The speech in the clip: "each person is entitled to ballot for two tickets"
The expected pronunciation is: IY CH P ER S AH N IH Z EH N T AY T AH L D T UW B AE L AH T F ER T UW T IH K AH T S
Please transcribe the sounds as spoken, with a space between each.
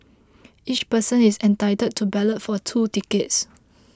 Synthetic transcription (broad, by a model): IY CH P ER S AH N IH S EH N T AY T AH D T UW B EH L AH T F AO T UW T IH K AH T S